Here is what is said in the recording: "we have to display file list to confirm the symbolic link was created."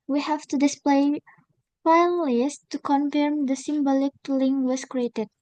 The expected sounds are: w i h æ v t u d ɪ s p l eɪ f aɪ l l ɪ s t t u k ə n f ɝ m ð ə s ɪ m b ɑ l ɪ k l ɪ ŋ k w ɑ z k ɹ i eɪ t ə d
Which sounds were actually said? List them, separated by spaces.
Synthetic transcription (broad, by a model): w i h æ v t u d ɪ s p l eɪ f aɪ n l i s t t u k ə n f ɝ m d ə s ɪ m b ɑ l ɪ k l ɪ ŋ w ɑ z k ɹ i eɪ t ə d